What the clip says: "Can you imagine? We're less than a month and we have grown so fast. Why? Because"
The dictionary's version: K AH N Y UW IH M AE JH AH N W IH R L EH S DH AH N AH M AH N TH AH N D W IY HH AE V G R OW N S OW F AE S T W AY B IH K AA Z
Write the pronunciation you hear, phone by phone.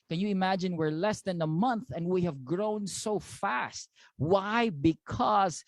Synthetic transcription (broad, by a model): K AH N Y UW IH M AE JH AH N W IH R L EH S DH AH N AH M AH N TH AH N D W IY HH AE V G R OW N S OW F AE S T W AY B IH K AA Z